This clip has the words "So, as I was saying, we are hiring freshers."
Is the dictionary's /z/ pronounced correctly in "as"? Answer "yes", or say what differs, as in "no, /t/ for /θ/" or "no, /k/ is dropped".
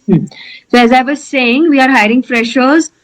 yes